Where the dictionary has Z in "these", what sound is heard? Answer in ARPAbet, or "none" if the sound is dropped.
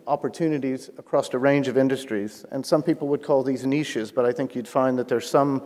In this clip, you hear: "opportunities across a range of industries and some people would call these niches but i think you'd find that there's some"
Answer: Z